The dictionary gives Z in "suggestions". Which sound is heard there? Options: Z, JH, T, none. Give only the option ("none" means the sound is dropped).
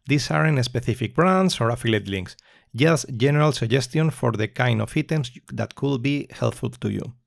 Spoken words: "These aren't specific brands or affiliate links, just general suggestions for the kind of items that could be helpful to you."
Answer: none